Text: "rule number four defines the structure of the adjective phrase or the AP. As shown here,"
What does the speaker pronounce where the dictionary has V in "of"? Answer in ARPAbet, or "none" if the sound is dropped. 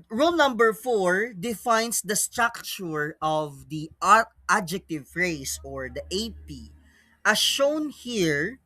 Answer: V